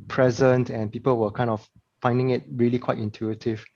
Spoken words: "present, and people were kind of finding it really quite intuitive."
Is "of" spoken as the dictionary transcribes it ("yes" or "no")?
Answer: no